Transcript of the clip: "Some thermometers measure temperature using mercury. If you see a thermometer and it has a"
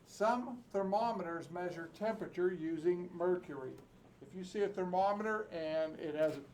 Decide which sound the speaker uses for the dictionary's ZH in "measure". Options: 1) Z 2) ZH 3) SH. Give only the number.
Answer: 2